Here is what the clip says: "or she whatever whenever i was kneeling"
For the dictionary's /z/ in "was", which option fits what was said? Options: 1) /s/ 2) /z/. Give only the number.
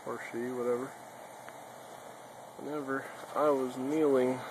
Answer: 2